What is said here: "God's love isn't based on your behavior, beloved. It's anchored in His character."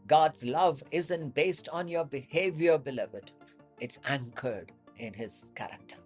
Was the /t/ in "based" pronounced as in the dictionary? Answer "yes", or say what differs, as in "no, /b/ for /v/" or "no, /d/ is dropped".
yes